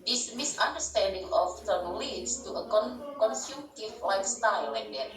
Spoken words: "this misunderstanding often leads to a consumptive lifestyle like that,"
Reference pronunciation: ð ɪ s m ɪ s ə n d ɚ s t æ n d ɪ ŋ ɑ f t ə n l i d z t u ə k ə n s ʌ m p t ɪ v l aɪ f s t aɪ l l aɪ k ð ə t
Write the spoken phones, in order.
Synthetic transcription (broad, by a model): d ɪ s m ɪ s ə n d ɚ s t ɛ n d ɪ ŋ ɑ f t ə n l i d s t u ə k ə n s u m t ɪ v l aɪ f s t aɪ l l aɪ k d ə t